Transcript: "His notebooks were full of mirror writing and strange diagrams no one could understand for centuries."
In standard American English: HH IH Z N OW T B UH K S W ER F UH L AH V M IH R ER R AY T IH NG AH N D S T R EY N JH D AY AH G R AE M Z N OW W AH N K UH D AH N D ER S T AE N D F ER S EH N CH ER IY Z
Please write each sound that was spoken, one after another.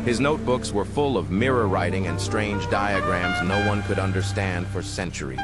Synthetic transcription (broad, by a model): HH IH Z N OW T B UH K S W ER F UH L AH V M IH R ER R AY T IH NG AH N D S T R EY N JH D AY AH G R AE M Z N OW W AH N K UH D AH N D ER S T AE N D F ER S EH N CH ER IY